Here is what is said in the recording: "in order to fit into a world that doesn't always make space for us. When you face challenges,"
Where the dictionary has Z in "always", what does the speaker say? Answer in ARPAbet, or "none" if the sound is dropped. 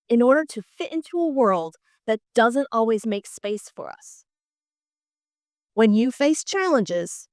Z